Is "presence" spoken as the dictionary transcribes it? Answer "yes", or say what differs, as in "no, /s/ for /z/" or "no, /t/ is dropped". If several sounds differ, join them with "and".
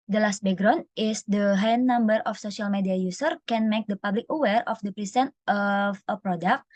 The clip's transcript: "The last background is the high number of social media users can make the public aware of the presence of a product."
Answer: no, /s/ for /z/ and /s/ is dropped